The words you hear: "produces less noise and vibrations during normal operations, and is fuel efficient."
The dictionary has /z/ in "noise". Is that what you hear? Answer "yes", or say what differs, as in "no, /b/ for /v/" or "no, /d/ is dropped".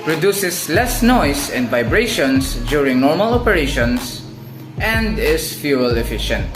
no, /s/ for /z/